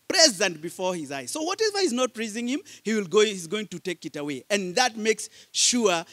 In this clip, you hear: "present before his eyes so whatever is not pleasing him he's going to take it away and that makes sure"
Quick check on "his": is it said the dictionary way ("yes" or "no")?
yes